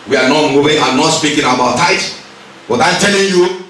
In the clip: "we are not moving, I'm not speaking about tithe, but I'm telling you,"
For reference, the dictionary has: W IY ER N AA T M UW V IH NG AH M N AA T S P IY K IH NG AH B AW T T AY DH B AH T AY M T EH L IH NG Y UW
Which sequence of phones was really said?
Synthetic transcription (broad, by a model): W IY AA N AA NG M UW W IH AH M N AA T S P IY K IH NG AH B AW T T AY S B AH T AY M T EH L IH NG Y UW